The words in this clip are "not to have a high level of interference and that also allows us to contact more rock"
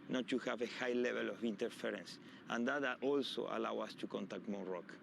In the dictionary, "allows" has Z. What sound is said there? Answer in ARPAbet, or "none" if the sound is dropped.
none